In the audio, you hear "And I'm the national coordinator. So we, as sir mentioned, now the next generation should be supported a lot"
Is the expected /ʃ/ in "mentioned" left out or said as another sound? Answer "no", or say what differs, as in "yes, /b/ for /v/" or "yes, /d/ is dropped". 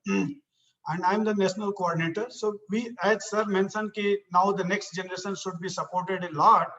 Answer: yes, /s/ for /ʃ/